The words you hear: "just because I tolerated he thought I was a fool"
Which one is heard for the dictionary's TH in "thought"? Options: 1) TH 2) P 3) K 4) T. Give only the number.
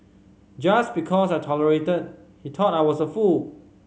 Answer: 4